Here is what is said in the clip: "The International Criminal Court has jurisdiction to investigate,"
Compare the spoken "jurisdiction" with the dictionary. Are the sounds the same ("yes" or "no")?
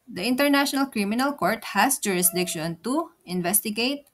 yes